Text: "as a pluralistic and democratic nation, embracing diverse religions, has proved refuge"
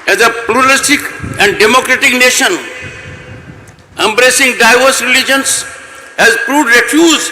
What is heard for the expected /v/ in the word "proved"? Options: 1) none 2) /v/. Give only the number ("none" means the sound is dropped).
1